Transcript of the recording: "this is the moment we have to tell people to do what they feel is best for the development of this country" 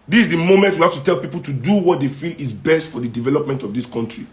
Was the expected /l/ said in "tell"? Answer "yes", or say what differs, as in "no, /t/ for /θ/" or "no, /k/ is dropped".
yes